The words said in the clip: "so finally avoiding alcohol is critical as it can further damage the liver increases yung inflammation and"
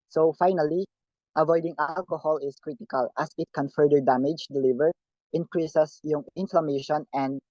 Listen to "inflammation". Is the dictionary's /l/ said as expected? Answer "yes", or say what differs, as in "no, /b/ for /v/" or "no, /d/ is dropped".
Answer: yes